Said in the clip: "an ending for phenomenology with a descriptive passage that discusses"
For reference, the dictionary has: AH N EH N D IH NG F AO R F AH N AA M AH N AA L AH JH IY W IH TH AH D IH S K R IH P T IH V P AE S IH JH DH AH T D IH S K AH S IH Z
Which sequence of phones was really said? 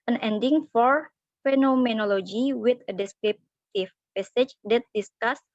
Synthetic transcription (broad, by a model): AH N EH N D IH NG F AO R F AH N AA M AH N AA L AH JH IY W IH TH AH D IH S K R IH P T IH F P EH S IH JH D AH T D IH S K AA S